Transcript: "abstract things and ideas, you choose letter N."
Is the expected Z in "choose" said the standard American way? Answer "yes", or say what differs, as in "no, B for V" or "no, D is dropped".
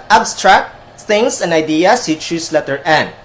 no, S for Z